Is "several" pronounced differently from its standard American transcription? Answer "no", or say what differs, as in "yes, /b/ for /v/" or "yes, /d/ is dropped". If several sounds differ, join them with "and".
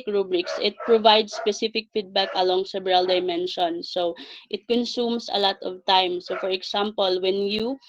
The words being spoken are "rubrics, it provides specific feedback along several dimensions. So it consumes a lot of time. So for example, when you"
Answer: yes, /b/ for /v/